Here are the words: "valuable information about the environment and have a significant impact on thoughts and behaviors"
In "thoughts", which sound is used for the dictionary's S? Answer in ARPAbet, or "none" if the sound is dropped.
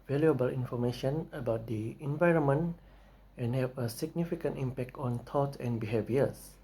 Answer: none